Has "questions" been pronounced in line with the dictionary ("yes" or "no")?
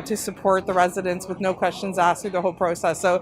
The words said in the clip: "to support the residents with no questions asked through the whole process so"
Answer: yes